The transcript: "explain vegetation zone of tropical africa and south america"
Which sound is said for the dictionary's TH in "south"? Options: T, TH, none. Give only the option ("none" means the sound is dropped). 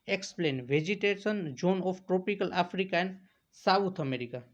T